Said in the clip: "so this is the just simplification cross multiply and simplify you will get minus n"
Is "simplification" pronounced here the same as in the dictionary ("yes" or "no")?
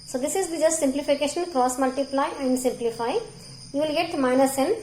yes